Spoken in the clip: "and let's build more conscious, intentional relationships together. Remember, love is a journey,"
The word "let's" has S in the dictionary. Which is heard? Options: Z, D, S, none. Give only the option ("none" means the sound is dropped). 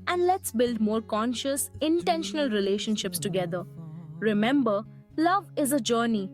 S